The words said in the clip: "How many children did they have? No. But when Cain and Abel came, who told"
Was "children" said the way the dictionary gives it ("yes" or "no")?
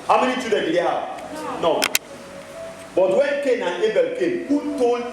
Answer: no